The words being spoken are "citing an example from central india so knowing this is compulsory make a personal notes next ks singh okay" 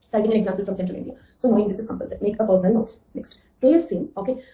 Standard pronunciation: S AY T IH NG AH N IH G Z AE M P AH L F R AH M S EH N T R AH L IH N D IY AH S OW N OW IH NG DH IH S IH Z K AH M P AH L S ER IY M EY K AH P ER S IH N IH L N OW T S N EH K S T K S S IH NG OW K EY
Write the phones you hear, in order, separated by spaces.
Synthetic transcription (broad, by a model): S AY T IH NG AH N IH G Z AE M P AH L F R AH M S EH T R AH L IH N D IY AH S OW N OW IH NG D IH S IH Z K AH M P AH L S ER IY M EY K AH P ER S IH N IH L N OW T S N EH K S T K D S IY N OW K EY